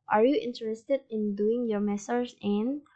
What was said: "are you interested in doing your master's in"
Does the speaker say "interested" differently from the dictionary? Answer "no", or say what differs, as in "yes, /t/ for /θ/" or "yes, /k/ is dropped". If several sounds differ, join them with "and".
no